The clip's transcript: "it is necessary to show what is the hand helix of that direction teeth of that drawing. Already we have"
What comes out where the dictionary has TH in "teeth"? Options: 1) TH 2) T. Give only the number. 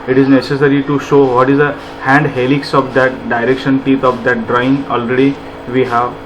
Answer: 2